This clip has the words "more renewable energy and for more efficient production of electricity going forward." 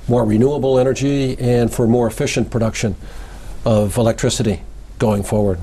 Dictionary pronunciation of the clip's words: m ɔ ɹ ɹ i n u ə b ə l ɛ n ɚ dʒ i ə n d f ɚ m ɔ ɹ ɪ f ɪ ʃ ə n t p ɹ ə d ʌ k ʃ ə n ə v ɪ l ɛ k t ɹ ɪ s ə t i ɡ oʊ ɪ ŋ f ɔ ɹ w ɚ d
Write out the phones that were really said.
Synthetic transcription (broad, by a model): m ɔ ɹ ɹ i n u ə b l ɛ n ɚ dʒ i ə n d f ɚ m ɔ ɹ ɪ f ɪ ʃ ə n p ɹ ə d ʌ k ʃ ə n ə v ɪ l ɛ k t ɹ ɪ s ə t i ɡ oʊ ɪ ŋ f ɔ ɹ w ɚ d